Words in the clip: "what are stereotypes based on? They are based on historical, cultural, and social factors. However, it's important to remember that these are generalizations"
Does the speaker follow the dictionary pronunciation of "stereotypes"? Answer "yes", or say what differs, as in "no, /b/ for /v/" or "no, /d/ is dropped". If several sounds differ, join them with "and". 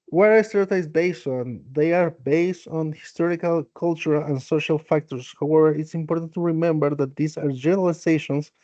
no, /p/ is dropped